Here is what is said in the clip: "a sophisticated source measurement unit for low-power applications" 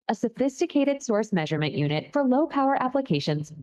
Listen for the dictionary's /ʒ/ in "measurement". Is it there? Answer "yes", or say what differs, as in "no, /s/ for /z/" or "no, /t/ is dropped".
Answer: yes